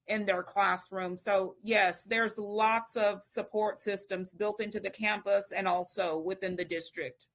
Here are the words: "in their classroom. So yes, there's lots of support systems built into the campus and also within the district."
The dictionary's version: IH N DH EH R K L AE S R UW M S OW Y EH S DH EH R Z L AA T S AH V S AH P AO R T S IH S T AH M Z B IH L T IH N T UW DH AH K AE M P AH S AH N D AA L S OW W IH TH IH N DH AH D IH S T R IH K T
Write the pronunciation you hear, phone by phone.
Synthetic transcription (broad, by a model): IH N DH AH R K L AE S R UW M S OW Y EH S DH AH R Z L AA T S AH V S AH P AO R T S IH S T AH M Z B IH L T IH N T UW DH AH K AE M P AH S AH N AA L S OW W IH TH IH N DH AH D IH S T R IH K T